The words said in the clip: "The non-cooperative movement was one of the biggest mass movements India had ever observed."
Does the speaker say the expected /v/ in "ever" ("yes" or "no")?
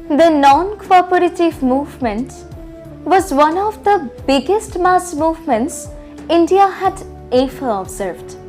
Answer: no